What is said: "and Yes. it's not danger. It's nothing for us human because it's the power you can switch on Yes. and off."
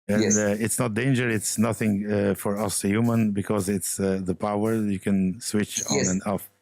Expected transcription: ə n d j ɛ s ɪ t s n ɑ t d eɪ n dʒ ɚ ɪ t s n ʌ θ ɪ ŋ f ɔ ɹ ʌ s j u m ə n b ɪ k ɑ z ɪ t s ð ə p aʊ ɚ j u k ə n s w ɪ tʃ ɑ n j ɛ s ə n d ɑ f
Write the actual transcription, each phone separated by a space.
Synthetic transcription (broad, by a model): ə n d ɪ t s n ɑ t d eɪ n dʒ ɚ ɪ t s n ʌ θ ɪ ŋ f ɔ ɹ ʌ s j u m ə n b ɪ k ɑ z ɪ t s ð ə p aʊ ɚ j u k ə n s w ɪ tʃ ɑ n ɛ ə n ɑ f